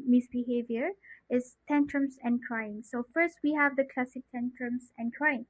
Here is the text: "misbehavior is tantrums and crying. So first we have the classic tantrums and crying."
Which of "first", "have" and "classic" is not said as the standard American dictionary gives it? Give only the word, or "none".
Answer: none